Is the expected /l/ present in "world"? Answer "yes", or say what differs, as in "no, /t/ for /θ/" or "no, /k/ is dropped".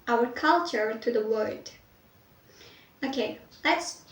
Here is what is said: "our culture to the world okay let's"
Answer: no, /l/ is dropped